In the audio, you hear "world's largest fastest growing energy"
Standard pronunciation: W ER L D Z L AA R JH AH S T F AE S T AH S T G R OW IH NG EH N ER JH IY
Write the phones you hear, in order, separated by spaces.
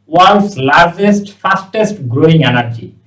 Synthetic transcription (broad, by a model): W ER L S L AA R JH AH S T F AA S T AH S T G R OW IH NG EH N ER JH IY